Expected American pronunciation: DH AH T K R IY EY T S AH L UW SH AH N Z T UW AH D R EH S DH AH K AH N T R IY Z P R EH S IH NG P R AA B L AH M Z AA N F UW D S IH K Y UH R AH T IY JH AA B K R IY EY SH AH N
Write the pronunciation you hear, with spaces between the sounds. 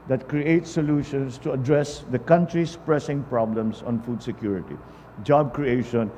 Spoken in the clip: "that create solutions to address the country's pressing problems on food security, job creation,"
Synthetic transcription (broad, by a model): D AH T K R IY EY T S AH L UW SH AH N S T UW AH D R EH S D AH K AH N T R IY S P R EH S IH NG P R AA B L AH M S AA N F UW D S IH K Y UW R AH T IY JH AA B K R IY EY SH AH N